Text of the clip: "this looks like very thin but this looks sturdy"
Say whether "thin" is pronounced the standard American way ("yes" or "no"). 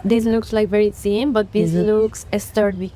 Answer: no